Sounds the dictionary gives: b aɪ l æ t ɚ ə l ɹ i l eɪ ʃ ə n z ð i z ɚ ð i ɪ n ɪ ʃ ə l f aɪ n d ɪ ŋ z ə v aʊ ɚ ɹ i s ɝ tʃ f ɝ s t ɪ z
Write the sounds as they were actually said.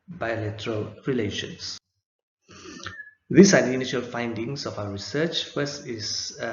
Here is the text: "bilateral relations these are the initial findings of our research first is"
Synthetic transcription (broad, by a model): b aɪ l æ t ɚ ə l ɹ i l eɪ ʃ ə n s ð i s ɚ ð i ɪ n ɪ ʃ ə l f aɪ n d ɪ ŋ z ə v aʊ ɚ ɹ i s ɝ tʃ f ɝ s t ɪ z